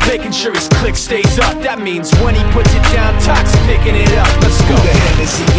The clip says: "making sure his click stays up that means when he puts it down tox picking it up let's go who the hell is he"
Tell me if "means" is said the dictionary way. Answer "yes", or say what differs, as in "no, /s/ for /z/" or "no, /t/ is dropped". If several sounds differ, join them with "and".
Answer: yes